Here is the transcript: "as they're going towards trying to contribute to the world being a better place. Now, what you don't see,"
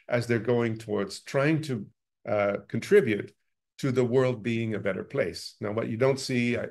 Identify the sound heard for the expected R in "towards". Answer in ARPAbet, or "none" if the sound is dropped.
R